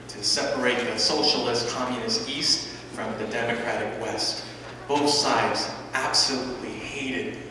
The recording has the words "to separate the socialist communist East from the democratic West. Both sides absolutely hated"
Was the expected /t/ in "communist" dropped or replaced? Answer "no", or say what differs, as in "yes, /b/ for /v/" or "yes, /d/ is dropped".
no